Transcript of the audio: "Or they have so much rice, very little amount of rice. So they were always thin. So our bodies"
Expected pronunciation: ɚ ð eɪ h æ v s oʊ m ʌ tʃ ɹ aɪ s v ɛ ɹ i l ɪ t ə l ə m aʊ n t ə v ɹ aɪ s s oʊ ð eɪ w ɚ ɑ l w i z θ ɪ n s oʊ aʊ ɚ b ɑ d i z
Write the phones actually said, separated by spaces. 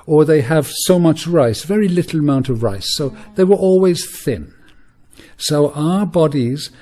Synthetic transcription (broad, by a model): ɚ ð eɪ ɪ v s oʊ m ʌ tʃ ɹ aɪ s v ɛ ɹ i l ɪ t l ə m aʊ n t ə v ɹ aɪ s s oʊ ð eɪ w ɚ ɑ l w i z θ ɪ n s oʊ aʊ ɚ b ɑ d i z